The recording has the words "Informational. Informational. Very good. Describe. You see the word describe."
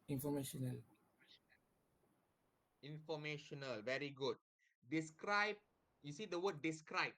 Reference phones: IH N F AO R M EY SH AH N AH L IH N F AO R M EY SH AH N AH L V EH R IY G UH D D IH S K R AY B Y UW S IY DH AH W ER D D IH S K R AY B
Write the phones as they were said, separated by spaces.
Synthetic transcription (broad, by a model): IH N F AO M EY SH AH N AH L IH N F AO M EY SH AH N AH L V EH R IY G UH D D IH S K R AY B Y UW S IY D AH W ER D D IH S K R AY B